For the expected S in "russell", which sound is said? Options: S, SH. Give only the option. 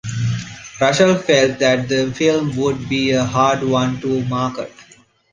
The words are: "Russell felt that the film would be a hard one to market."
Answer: SH